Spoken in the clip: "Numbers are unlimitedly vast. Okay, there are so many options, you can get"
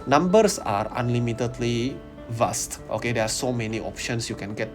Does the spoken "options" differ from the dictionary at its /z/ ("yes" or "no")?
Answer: yes